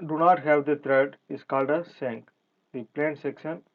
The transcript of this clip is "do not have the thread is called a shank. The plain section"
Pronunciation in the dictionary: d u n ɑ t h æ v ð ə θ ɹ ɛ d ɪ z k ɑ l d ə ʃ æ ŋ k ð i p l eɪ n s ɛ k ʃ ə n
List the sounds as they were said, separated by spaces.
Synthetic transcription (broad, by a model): d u n ɑ t h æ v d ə t ɹ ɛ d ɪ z k ɑ l d ə s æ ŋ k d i p l eɪ n s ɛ k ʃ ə n